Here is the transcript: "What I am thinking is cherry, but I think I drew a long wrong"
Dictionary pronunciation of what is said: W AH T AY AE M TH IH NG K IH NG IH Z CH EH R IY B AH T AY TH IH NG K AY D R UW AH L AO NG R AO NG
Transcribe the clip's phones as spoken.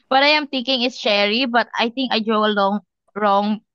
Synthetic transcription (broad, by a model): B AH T AY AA M T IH NG K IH NG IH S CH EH R IY B AH T AY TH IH NG K AY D R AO AH L AO NG R AO NG